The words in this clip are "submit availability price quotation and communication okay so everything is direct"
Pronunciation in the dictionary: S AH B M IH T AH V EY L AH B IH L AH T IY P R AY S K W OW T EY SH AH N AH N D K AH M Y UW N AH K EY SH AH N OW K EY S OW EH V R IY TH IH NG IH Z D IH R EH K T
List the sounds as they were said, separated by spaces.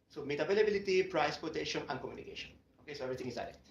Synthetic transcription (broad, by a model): S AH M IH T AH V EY L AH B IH L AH T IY P R AY S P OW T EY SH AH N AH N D K AH M Y UW N AH K EY SH AH N OW K EY S OW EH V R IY T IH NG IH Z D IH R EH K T